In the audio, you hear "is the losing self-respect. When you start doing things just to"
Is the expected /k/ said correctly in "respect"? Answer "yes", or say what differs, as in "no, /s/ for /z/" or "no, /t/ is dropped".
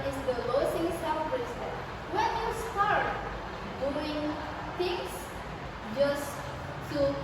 no, /k/ is dropped